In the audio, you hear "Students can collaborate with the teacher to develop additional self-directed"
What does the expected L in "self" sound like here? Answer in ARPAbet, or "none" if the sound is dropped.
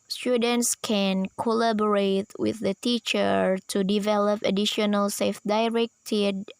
none